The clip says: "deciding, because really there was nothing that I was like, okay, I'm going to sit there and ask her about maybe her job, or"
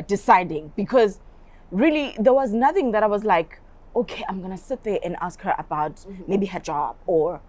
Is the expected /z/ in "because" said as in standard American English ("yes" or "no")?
yes